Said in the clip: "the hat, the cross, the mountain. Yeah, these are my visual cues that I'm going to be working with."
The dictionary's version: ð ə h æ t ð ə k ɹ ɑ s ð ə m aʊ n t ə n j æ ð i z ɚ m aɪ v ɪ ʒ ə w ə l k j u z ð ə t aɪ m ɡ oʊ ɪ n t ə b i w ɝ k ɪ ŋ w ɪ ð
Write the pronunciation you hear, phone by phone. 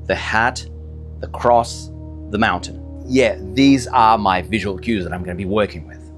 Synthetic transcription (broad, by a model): ð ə h æ t ð ə k ɹ ɑ s ð ə m aʊ n t ə n j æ ð i z ɚ m aɪ v ɪ ʒ ə w ə l k j u z ð ə t aɪ m ɡ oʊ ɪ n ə b i w ɝ k ɪ ŋ w ɪ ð